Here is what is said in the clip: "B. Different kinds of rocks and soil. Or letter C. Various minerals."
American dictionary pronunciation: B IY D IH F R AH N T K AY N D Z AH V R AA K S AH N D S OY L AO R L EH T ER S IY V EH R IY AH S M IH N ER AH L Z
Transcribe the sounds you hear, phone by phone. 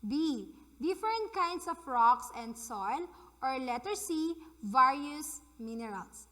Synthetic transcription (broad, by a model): B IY D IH F R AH N T K AY N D S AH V R AA K S AH N D S OY L AO R L EH T ER S IY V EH R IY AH S M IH N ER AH L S